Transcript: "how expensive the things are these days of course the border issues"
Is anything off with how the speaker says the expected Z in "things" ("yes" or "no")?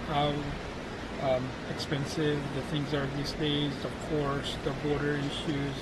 no